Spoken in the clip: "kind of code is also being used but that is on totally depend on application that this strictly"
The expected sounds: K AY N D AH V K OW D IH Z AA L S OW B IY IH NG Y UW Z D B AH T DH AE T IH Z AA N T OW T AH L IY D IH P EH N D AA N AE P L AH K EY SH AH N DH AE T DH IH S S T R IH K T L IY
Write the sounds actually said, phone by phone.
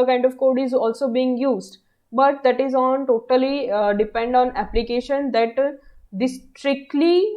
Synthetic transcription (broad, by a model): K AY N D AH V K OW D IH Z AA L S OW B IY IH NG Y UW Z D B AH T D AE T IH Z AA N T OW T AH L IY D IH P EH N D AA N AE P L AH K EY SH AH N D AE T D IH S S T R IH K T L IY